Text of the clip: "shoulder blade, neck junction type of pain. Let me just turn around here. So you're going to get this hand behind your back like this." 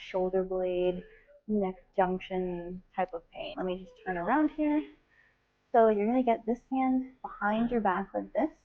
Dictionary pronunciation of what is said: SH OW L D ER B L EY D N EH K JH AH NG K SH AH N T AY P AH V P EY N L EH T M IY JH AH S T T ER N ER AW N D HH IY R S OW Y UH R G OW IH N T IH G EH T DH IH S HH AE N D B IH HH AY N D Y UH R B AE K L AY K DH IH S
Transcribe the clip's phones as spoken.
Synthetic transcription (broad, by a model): SH OW L D ER B L EY D N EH K JH AH NG K SH AH N T AY P AH V P EY N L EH T M IY JH AH S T T ER N ER AW N D HH IY R S OW Y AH R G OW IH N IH G EH T DH IH S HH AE N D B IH HH AY N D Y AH R B AE K W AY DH IH S